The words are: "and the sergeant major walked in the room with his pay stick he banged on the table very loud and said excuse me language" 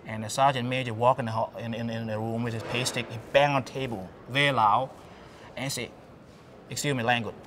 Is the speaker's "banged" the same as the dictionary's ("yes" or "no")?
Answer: no